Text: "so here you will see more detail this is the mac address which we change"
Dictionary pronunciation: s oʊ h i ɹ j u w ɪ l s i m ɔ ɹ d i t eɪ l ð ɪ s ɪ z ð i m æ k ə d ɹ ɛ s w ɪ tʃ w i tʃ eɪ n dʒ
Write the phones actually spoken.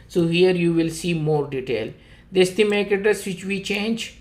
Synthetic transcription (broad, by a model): s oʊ h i ɹ j u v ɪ l s i m ɔ ɹ d i t eɪ l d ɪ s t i m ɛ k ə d ɛ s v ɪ tʃ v i tʃ eɪ n dʒ